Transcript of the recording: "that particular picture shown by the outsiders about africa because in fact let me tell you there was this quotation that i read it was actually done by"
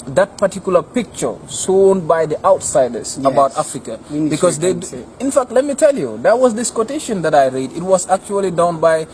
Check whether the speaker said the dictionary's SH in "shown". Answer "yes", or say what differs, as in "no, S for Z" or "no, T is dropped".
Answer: no, S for SH